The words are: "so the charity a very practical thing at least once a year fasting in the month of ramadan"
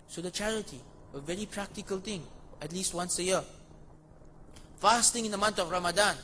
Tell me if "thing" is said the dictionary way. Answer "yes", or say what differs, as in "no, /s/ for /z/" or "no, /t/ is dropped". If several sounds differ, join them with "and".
no, /t/ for /θ/